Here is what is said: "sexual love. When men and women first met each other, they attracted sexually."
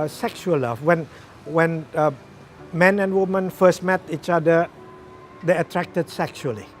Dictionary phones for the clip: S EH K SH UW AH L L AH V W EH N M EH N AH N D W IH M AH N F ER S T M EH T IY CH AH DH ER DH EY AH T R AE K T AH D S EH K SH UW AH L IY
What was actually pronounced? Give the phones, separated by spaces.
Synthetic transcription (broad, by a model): S EH K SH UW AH L W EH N W EH N M EH N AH N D W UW M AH N F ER S T M EH T IY CH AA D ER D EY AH T R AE K T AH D S EH K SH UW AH L IY